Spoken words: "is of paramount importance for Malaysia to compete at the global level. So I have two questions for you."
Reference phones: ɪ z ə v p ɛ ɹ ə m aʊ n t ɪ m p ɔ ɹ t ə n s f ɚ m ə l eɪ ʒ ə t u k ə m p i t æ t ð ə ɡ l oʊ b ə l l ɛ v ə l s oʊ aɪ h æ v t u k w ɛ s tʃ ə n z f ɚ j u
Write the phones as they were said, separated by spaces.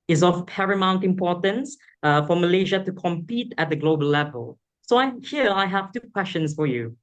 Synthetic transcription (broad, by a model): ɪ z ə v p ɛ ɹ ə m aʊ n t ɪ m p ɔ t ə n s f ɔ m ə l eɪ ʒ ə t u k ə m p i t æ t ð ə ɡ l oʊ b ə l l ɛ v ə l s oʊ aɪ h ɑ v t u k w ɛ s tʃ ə n s f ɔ j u